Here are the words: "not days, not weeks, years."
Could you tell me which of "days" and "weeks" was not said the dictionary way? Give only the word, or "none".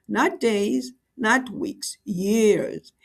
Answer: none